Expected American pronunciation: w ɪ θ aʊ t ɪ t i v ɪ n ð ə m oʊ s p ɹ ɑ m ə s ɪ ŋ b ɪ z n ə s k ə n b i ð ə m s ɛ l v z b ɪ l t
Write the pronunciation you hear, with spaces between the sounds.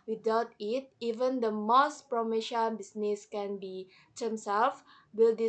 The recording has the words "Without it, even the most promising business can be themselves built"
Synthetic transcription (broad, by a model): w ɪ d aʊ t ɪ t i v ɪ n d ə m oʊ s p ɹ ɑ m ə ʃ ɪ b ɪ s n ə s k ə n b i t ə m s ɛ l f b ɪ l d